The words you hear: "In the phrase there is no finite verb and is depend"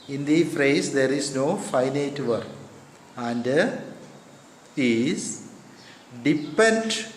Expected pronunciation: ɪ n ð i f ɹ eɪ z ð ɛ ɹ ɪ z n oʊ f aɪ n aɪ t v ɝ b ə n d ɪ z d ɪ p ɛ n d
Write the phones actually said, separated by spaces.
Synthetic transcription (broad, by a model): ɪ n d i f ɹ eɪ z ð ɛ ɹ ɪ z n oʊ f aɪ n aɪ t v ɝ ə n d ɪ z d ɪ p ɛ n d